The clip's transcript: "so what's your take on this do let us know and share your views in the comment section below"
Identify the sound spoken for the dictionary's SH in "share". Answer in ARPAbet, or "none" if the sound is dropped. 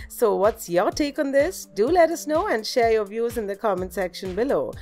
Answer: SH